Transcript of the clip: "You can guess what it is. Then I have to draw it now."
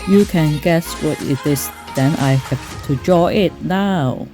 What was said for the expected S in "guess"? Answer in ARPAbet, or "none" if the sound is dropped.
S